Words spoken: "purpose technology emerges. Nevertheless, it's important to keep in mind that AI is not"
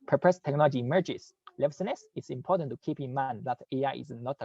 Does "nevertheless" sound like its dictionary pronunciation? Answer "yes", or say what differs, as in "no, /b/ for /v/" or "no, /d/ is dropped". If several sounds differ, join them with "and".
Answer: no, /n/ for /l/